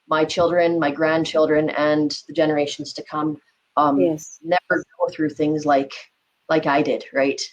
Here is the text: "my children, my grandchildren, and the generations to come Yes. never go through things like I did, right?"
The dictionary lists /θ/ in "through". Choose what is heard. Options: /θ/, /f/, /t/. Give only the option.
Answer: /θ/